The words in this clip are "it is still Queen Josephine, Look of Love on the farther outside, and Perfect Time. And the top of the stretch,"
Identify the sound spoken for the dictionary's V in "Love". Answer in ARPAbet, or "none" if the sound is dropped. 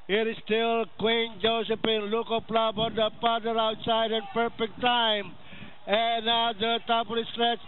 B